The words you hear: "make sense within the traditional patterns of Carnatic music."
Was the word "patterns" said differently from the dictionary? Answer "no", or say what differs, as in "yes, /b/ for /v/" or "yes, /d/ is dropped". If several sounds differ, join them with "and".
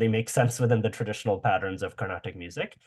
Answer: no